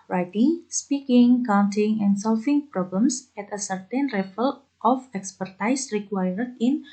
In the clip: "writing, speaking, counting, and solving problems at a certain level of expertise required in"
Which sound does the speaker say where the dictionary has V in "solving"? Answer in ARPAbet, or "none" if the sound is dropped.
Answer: F